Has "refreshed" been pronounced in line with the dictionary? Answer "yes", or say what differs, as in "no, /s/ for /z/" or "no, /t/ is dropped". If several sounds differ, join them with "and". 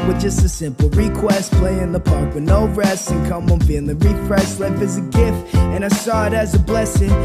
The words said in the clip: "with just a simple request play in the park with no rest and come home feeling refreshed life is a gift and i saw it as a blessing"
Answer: no, /s/ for /ʃ/